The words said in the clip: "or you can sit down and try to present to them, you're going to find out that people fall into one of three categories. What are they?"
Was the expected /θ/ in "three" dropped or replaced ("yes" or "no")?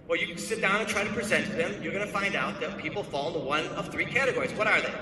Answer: no